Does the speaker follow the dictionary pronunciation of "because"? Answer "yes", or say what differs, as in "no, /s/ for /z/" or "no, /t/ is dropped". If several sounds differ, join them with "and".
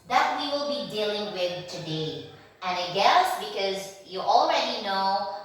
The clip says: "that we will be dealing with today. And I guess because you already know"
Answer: yes